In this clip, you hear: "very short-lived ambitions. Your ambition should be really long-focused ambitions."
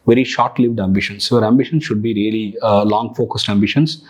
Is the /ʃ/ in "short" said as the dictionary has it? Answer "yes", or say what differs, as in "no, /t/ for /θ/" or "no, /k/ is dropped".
yes